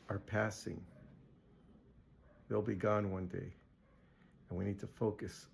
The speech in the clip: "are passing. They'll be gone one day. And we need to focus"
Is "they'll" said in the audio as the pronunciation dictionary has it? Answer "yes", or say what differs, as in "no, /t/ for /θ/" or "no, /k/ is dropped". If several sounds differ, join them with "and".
yes